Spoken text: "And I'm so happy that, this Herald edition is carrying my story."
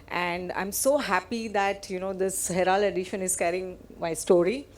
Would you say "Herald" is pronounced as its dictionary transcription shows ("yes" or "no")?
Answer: no